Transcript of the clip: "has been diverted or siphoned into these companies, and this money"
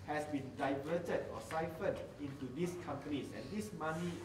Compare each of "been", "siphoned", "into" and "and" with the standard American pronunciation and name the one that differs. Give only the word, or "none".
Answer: siphoned